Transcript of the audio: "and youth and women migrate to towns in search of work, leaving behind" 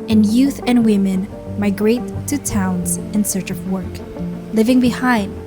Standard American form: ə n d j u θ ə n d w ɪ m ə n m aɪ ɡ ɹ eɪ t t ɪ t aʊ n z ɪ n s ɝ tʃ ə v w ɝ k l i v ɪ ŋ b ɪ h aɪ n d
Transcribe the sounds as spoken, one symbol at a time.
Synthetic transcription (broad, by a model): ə n j u θ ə n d w ɪ m ə n m aɪ ɡ ɹ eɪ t t ɪ t aʊ n z ɪ n s ɝ tʃ ə v w ɝ k l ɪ v ɪ ŋ b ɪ h aɪ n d